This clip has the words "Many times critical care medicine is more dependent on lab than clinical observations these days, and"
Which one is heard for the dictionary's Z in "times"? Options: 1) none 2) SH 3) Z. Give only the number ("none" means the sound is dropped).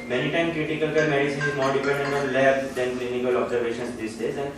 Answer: 1